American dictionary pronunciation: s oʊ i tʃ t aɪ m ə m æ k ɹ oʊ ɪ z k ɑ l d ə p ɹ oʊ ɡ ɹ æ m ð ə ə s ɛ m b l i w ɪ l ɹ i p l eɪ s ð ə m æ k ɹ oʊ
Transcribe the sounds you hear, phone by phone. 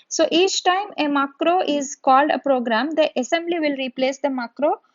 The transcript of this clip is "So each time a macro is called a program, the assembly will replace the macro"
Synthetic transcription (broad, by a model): s oʊ i tʃ t aɪ m ə m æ k ɹ oʊ ɪ z k ɑ l d ə p ɹ oʊ ɡ ɹ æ m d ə ə s ɛ m b l i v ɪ l ɹ i p l eɪ s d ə m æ k ɹ oʊ